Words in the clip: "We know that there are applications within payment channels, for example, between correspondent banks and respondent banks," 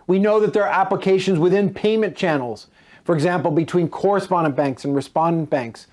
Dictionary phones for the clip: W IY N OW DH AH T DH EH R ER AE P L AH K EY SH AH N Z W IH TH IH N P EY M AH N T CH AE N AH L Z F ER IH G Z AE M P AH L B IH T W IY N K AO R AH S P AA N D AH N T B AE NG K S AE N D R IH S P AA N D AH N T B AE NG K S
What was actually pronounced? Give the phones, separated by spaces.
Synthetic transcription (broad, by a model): W IY N OW DH AH T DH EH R AE P L AH K EY SH AH N Z W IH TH IH N P EY M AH N CH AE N L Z F ER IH G Z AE M P L B IH T W IY N K AO R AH S P AA N D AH N B AE NG K S N R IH S P AA N D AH N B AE NG K S